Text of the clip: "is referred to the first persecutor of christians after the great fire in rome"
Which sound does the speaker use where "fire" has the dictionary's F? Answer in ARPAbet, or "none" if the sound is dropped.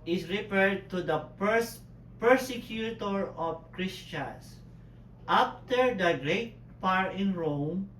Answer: P